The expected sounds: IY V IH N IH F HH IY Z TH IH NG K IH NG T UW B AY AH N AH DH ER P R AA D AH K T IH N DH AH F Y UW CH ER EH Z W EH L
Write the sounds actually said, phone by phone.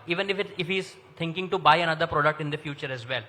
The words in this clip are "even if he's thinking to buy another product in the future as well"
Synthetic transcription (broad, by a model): IY V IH N IH F HH IY Z T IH NG K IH NG T UW B AY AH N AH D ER P R AA D AH K T IH N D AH F Y UW CH ER EH Z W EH L